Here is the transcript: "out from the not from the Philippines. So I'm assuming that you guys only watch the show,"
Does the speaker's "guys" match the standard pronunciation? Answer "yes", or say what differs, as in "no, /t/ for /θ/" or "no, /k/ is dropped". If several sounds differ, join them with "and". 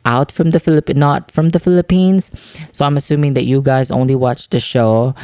yes